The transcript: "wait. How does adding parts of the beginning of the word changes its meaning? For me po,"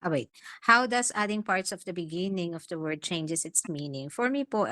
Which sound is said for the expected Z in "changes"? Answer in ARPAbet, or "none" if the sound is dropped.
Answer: S